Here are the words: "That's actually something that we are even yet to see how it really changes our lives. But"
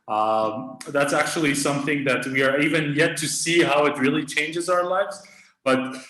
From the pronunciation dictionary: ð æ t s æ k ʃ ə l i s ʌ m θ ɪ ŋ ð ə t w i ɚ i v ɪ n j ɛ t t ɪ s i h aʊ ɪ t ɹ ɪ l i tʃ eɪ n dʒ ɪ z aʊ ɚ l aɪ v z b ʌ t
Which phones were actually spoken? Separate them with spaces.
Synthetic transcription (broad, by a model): ð æ t s æ k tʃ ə l i s ʌ m θ ɪ ŋ ð ə t w i ɚ i v ɪ n j ɛ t t ɪ s i h aʊ ɪ t ɹ ɪ l i tʃ eɪ n dʒ ɪ z aʊ ɚ l aɪ v z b ʌ t